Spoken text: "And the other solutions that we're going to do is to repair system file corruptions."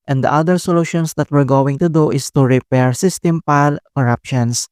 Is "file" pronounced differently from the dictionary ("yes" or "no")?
yes